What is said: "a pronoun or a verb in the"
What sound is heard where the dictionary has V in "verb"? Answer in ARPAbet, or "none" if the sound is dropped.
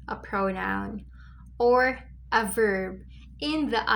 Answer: V